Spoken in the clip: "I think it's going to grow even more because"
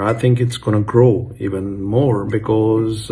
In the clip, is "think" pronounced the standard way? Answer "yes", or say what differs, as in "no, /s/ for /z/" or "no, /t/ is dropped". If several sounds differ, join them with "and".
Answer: yes